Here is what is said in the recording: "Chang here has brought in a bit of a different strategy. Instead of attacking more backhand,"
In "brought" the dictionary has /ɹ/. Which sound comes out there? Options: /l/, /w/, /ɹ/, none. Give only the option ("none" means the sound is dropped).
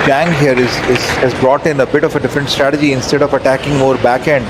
/ɹ/